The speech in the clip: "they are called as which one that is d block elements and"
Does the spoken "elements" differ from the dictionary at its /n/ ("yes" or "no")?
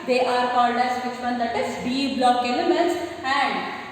yes